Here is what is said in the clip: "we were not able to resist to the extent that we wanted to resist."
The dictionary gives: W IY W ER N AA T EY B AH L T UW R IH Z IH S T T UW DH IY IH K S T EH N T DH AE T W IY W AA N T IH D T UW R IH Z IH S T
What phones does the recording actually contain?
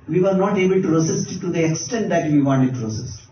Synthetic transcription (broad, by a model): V IY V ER N AA T EY B AH L T UW R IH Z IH S T T UW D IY IH K S T EH N T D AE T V IY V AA N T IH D T UW R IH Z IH S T